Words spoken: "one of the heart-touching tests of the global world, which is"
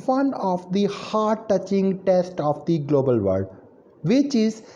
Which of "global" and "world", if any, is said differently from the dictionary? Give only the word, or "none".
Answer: world